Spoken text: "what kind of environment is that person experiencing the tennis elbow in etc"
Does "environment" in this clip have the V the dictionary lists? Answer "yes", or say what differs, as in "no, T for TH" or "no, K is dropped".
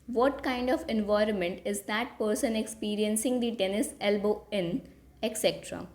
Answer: yes